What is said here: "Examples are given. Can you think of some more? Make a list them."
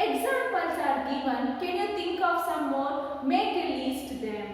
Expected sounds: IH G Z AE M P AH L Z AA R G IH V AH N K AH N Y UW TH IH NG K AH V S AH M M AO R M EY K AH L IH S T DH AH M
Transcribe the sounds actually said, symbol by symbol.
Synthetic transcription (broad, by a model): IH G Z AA M P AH L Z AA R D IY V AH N K AH N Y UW T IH NG K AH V S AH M M AO R M EY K AH L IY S T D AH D